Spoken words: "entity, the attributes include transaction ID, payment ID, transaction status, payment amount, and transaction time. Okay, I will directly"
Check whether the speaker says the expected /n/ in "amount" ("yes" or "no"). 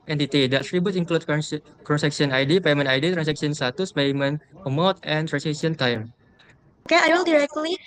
no